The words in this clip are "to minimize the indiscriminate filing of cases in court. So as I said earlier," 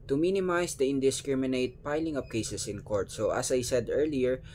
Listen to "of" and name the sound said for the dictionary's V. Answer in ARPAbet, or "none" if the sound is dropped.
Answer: P